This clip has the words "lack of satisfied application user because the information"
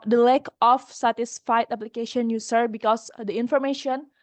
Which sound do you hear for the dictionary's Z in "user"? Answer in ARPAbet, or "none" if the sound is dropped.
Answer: S